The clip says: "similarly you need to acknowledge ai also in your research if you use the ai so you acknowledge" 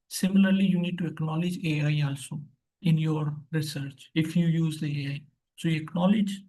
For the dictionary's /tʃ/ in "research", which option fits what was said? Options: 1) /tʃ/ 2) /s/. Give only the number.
1